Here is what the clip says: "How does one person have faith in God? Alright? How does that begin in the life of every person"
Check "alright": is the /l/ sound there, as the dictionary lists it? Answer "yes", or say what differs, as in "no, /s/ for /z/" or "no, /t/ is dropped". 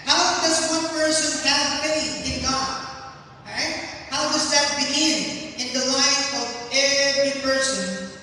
no, /l/ is dropped